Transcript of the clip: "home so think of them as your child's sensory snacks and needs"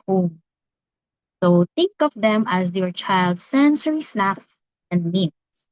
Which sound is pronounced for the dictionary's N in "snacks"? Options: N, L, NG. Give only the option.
L